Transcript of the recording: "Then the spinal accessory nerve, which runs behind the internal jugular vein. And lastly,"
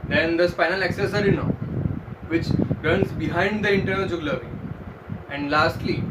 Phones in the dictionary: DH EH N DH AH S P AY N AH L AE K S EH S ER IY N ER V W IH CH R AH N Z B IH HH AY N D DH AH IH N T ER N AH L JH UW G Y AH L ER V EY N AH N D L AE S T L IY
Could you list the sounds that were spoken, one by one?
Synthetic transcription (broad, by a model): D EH N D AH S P AY N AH L AE K S EH S ER IY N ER V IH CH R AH N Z B IH HH AY N D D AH IH N T ER N AH L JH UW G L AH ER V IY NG AH N D L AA S T L IY